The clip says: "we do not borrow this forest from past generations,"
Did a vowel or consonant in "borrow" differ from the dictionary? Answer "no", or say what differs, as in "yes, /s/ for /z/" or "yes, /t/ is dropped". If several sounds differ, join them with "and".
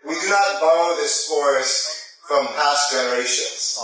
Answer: yes, /l/ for /ɹ/